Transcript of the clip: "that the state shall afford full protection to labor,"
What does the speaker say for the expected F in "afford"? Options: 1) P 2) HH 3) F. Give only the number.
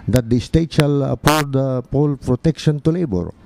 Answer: 1